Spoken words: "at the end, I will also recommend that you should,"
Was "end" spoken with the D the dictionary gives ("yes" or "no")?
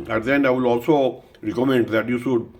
no